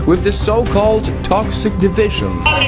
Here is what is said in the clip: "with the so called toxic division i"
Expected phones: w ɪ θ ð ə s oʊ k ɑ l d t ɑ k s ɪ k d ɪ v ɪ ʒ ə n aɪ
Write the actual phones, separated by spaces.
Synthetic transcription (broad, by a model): w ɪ ð ə s oʊ k ɑ l d t ɑ k s ɪ k d ɪ v ɪ ʒ ə n